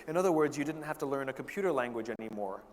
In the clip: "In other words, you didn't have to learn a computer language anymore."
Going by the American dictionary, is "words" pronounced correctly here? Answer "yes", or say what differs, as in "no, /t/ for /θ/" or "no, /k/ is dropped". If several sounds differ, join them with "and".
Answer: yes